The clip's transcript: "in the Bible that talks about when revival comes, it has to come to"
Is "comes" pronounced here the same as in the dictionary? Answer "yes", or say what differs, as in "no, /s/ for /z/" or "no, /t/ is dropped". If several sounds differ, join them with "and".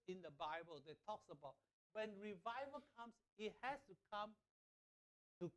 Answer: no, /s/ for /z/